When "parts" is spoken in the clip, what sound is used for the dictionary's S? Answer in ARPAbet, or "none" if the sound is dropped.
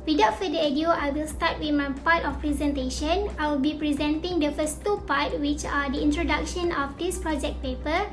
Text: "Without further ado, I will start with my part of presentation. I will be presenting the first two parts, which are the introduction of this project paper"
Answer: none